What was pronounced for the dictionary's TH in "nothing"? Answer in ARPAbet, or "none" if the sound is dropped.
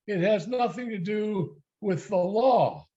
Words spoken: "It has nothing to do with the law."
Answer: TH